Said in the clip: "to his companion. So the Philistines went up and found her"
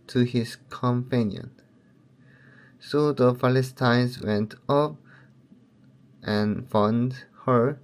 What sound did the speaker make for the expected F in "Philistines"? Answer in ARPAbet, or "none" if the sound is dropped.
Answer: P